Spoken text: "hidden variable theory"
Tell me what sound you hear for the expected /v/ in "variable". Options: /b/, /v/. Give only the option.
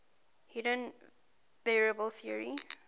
/b/